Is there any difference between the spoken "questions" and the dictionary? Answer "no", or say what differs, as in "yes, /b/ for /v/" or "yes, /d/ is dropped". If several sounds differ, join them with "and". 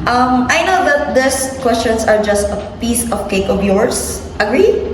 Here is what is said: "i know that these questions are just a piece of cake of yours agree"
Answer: yes, /s/ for /z/